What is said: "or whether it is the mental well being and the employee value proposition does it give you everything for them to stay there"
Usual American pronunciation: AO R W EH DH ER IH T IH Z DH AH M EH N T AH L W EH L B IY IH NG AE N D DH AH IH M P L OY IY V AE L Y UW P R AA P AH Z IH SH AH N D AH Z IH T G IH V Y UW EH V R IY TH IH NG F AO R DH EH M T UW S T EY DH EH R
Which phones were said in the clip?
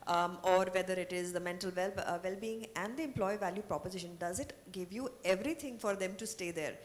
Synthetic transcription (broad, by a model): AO R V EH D ER IH T IH Z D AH M EH N T AH L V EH L B IY IH NG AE N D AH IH M P L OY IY V AE L Y UW P R AA P AH Z IH SH AH N D AH Z IH T G IH V Y UW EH V R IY T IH NG F AO R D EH M T UW S T EY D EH R